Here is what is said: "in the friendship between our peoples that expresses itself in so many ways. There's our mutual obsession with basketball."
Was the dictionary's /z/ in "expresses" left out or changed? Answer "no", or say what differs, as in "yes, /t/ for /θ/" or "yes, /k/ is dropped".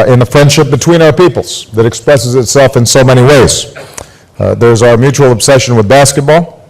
no